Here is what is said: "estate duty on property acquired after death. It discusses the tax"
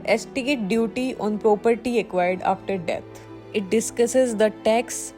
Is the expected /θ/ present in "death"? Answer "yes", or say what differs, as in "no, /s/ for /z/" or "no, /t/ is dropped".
no, /t/ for /θ/